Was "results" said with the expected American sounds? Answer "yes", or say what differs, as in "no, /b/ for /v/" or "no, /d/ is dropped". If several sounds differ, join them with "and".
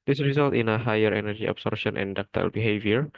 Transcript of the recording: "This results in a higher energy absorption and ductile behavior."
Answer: no, /s/ is dropped